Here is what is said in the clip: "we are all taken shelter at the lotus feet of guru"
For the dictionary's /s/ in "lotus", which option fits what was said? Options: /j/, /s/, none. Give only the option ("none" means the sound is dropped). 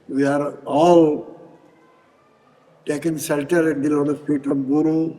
none